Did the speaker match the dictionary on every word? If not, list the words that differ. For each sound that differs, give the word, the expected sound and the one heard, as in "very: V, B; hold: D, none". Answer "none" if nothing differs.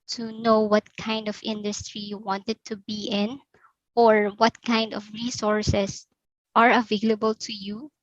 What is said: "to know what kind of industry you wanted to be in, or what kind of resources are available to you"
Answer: resources: Z, S